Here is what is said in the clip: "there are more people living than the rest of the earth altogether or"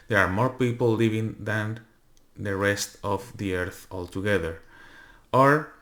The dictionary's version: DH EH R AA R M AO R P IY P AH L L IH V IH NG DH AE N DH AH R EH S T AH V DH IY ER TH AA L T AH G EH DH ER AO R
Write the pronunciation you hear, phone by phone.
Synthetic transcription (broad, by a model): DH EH R AA R M AO R P IY P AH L L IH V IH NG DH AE N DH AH R EH S T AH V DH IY ER TH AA L T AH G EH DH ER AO R